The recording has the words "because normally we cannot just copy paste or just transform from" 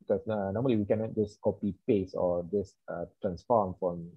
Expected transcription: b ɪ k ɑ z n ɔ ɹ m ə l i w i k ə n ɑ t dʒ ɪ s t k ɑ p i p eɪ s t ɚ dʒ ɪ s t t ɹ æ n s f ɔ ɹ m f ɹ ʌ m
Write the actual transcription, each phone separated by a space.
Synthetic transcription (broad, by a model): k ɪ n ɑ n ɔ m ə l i w i k ə n ɑ t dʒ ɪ s k ɑ p i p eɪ s ɔ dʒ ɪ s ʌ t ɹ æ n s f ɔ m f ɹ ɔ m